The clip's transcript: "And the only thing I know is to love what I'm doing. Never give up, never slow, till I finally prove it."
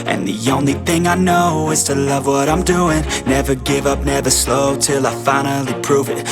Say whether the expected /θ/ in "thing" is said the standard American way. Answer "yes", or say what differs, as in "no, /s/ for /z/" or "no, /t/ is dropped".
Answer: yes